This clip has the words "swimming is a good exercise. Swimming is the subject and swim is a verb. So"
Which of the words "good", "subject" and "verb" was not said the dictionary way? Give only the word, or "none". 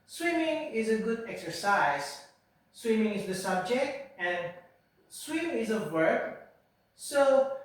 verb